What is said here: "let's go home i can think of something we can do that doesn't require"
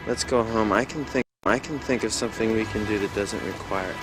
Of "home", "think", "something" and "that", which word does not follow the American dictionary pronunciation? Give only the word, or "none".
none